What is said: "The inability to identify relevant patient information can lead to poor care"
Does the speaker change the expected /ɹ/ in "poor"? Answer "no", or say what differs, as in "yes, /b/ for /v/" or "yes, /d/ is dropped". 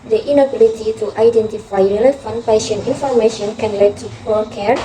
yes, /l/ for /ɹ/